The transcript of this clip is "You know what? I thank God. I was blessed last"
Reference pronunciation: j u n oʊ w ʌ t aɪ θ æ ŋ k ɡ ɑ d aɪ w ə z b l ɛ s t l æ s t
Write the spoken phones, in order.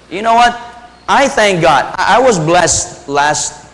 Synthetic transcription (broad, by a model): j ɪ n oʊ w ʌ t aɪ θ æ ŋ k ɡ ɑ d aɪ w ə z b l ɛ s t l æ s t